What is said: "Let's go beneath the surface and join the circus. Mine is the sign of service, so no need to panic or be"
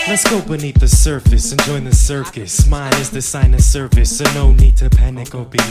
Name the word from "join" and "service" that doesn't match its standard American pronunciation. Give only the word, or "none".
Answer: service